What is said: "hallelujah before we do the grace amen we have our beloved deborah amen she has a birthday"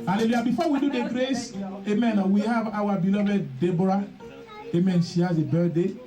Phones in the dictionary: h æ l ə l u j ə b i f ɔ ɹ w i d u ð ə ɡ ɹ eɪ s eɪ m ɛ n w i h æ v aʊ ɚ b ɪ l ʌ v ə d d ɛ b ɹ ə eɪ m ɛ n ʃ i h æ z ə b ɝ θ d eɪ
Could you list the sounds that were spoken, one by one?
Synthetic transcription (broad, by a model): h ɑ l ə l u j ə b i f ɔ w i d u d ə ɡ ɹ eɪ s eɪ m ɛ n w i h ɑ v aʊ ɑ b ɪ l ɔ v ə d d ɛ b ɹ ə eɪ m ɛ n s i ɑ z ə b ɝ d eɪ